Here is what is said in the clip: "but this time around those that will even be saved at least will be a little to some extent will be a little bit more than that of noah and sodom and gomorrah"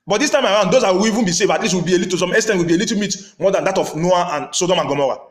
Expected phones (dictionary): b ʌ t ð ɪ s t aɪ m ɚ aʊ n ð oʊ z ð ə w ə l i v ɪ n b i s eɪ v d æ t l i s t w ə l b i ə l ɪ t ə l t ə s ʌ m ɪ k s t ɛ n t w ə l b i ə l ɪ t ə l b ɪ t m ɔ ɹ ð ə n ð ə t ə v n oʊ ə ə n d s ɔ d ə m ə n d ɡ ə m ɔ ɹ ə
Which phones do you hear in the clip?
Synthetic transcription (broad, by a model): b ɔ t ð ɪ s t aɪ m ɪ aʊ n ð oʊ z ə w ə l i v ɪ n b i s eɪ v ɑ t l i s t w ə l b i ə l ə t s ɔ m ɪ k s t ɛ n w ə l b i ə l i t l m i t m ɔ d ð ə n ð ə t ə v n oʊ ə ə n s ɔ d ə m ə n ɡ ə m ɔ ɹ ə